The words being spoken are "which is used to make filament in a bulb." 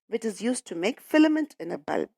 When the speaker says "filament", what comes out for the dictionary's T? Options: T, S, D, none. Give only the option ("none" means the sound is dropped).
T